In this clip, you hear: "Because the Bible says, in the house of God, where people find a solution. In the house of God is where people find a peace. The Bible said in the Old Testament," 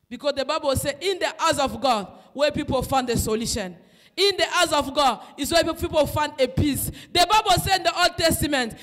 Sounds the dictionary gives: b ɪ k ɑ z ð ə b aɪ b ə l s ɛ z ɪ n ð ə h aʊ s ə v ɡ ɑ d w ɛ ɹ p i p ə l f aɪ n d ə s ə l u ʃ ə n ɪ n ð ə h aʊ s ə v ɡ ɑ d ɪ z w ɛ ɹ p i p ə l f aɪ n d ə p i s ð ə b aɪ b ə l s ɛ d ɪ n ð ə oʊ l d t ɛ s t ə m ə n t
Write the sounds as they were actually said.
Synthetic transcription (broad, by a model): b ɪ k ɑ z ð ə b aɪ b ə l s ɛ ɪ n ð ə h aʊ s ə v ɡ ɑ d w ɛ p i p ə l f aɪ n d ə s ə l u ʃ ə n ɪ n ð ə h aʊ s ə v ɡ ɑ d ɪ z w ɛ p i p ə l f aɪ n d ə p i s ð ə b aɪ b ə l s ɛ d ɪ n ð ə oʊ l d t ɛ s t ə m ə n t